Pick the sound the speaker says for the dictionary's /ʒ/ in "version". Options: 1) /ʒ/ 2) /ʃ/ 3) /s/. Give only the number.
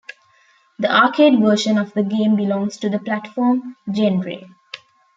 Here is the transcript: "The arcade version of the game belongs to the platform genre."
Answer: 2